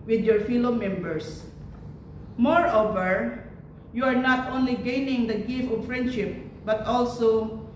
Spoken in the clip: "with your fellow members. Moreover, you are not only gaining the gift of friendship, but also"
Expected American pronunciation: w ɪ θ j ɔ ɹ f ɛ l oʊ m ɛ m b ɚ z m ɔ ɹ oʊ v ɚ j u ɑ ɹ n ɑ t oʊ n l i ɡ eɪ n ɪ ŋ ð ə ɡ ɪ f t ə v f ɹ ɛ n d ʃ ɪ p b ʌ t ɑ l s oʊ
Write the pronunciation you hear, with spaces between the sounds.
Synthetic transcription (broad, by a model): w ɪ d j ɔ ɹ f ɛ l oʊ m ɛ m b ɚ s m ɔ ɹ oʊ v ɚ j u ɑ ɹ n ɑ t oʊ n l i ɡ eɪ n ɪ ŋ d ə ɡ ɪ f ə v f ɹ ɛ n d ʃ ɪ p b ʌ t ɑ l s oʊ